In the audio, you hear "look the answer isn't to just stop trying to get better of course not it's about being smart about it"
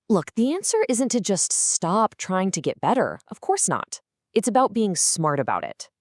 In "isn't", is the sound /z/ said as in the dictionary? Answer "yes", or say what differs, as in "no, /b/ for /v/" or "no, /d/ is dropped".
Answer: yes